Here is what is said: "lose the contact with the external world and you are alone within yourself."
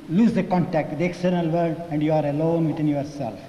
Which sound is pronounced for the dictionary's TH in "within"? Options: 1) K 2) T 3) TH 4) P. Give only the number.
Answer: 2